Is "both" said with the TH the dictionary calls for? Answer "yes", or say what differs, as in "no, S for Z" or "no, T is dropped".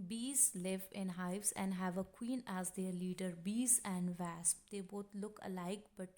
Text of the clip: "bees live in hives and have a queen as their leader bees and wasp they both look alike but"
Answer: no, T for TH